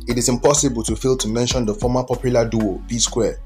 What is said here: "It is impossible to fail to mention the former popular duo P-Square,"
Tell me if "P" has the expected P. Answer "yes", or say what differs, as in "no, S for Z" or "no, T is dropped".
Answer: no, B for P